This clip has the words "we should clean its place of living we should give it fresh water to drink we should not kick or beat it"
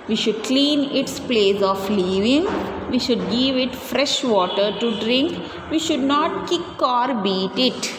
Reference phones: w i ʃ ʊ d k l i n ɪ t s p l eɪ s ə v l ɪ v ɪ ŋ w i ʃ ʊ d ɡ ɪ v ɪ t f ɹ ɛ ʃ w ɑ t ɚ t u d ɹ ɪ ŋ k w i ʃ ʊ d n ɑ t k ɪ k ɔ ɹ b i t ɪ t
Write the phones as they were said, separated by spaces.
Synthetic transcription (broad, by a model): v i ʃ ʊ d k l i n ɪ t s p l eɪ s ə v l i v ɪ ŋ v i ʃ ʊ d ɡ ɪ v ɪ t f ɹ ɛ ʃ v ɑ t ɚ t u d ɹ ɪ ŋ k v i ʃ ʊ d n ɑ t k ɪ k ɔ ɹ b i t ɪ t